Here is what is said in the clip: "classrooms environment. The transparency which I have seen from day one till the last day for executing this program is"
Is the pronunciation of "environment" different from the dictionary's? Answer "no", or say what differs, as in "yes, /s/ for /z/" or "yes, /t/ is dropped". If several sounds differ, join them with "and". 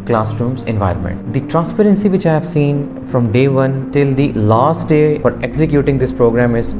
no